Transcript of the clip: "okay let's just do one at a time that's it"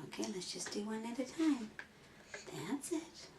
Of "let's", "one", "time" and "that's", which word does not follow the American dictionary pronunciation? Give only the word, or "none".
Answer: none